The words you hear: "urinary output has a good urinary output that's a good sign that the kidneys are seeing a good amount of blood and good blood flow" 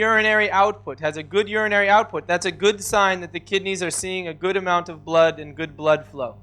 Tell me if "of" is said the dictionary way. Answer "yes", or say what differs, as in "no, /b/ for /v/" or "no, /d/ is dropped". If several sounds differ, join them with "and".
yes